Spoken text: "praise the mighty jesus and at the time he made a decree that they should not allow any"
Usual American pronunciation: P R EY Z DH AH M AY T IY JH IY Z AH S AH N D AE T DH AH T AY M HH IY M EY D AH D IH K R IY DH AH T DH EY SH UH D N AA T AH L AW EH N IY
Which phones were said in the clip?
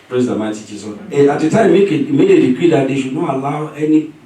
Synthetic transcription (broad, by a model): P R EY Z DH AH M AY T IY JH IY S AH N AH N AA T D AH T AY M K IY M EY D AH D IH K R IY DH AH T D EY SH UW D N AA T AH L AW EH N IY